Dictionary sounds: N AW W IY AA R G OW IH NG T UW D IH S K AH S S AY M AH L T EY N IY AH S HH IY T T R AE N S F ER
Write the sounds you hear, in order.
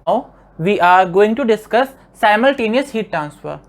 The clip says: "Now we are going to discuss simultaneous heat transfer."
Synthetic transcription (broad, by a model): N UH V IY AA R G OW IH NG T UW D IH S K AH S S AY M AH L T EY N IY AH S HH IY T T R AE N S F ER